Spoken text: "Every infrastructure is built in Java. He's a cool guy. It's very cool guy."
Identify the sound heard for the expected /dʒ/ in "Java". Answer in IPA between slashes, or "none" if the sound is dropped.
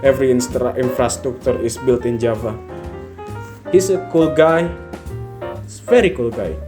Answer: /dʒ/